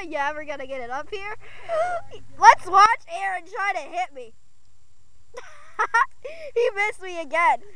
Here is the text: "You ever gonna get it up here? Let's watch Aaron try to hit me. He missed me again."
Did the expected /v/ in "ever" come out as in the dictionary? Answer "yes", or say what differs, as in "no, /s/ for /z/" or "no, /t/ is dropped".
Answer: no, /w/ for /v/